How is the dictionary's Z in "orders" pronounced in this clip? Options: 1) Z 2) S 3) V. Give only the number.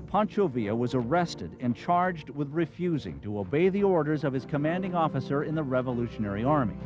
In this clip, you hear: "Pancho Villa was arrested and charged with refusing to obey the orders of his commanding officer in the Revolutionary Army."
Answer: 1